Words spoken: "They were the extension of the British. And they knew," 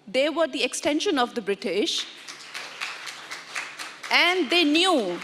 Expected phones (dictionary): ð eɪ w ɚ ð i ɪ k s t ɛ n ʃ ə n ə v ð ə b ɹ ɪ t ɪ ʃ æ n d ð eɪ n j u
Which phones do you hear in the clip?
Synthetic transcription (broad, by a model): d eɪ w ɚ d i ɪ k s t ɛ n ʃ ə n ə v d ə b ɹ ɪ t ɪ ʃ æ n d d eɪ n j u